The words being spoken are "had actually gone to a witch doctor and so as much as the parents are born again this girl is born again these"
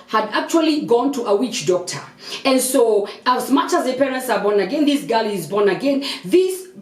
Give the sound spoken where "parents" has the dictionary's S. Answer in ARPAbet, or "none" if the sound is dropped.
S